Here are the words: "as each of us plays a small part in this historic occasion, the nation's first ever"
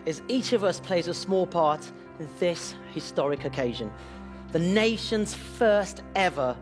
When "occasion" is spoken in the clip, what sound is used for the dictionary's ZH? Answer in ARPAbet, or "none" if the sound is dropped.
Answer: ZH